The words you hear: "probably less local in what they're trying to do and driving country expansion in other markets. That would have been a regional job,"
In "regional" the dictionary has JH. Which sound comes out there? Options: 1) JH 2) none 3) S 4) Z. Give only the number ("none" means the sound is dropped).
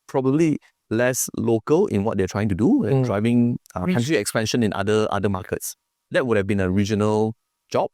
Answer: 1